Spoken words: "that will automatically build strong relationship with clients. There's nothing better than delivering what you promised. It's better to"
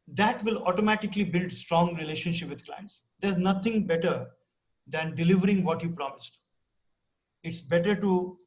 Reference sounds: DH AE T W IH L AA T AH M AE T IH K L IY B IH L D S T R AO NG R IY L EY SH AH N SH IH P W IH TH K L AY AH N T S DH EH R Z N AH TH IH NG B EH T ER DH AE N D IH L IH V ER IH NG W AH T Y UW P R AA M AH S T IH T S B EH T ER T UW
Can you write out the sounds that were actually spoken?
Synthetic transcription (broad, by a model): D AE T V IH L AA T AH M AE T IH K L IY B IH L D S T R AO NG R IY L EY SH AH N SH IH P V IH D K L AY AH N T S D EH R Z N AH T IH NG B EH T ER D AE N D IH L IH V ER IH NG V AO T Y UW P R AA M AH S T IH T S B EH T ER T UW